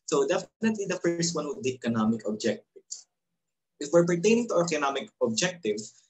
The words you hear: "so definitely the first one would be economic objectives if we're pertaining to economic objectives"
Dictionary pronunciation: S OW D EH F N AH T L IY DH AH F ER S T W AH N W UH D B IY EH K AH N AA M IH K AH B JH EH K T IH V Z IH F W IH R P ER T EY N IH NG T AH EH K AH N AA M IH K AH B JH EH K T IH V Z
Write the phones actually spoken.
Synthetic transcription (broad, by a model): S OW D EH F N AH T L IY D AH F ER S T W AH N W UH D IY EH K AH N AA M IH K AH B JH EH K T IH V S IH F W IH R P ER T EY N IH NG T AH EH K AH N AA M IH K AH B JH EH K T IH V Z